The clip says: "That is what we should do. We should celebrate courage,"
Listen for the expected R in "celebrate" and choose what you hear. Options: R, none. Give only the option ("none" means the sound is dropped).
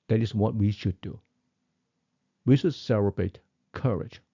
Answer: none